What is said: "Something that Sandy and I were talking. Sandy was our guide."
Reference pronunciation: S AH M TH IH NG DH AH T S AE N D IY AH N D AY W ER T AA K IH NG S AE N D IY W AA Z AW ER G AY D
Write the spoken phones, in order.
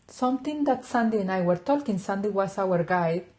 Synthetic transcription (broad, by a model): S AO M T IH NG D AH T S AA N D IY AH N AY W ER T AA K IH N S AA N D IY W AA S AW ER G AY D